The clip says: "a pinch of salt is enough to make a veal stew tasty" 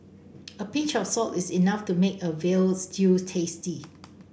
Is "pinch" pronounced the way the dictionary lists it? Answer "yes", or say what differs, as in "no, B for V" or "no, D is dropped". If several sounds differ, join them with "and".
no, N is dropped